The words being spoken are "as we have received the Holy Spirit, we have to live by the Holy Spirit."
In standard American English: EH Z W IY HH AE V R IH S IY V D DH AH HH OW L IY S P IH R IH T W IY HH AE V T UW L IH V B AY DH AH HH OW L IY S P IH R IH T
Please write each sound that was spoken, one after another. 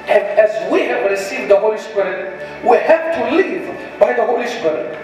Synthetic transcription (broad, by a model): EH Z W IY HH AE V W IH S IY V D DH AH HH OW L IY S P IH R IH T W IY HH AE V T UW L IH V B AY DH AH HH OW L IY S P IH R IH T